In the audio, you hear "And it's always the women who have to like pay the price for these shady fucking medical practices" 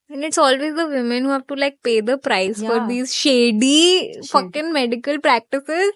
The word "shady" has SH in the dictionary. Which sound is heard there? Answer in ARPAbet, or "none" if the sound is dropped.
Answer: SH